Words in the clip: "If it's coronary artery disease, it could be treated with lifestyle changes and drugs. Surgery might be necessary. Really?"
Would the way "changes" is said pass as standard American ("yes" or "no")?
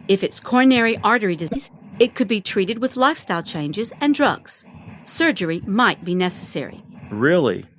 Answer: yes